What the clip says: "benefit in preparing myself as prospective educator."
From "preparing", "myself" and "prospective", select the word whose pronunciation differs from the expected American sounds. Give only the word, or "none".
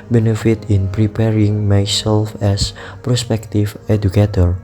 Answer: prospective